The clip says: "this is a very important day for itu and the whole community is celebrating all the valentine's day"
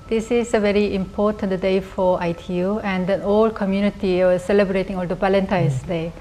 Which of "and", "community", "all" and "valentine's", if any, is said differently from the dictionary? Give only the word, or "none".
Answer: valentine's